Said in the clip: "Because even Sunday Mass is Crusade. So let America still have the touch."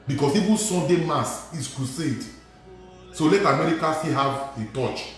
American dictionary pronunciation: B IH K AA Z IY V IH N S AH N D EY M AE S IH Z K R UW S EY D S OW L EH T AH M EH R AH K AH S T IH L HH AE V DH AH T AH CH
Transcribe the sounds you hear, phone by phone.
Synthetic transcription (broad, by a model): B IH K AA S IY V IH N S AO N D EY M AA S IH S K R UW S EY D S OW L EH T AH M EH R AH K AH S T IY HH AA V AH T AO CH